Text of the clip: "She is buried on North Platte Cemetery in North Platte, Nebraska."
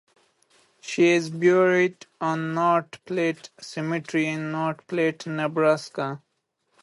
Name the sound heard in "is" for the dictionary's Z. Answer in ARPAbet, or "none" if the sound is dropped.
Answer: Z